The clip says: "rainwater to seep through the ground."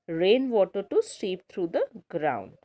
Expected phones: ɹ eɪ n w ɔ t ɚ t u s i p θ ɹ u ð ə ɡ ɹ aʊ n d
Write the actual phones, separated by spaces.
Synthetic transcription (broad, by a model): ɹ eɪ n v ɔ t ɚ t u s i p t ɹ u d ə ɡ ɹ aʊ n d